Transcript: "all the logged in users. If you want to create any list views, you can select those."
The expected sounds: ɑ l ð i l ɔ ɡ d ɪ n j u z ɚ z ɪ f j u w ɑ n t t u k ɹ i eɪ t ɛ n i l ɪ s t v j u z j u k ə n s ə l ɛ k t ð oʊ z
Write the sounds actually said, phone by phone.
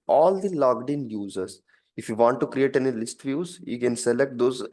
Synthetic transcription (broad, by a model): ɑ l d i l ɔ ɡ d ɪ n j u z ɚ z ɪ f j u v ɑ n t t u k ɹ i eɪ t ɛ n i l ɪ s t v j u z j u k ə n s ə l ɛ k t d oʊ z